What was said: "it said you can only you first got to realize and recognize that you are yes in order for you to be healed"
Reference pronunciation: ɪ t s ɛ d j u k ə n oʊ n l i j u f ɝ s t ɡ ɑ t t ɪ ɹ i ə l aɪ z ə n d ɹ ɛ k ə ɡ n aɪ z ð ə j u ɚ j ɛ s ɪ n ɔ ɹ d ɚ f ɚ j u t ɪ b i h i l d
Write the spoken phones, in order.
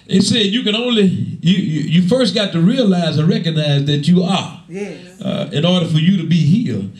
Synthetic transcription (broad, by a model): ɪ t s ɛ d j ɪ k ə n oʊ n l i j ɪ f ɝ s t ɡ ɑ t t ɪ ɹ i ə l aɪ z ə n ɹ ɛ k ə ɡ n aɪ z ð ə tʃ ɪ ɚ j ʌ ɪ n ɔ ɹ d ɚ f ɚ j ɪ t ɪ b i h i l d